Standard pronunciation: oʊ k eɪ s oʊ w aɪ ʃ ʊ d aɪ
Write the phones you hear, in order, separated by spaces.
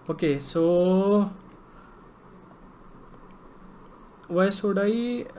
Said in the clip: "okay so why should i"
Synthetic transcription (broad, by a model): oʊ k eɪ s oʊ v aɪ s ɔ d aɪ